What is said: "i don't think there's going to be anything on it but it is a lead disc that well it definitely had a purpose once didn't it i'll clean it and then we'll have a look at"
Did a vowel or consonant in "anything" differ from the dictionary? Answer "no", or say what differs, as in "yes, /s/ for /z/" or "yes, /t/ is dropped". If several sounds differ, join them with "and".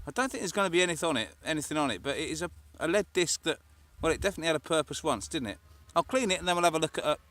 no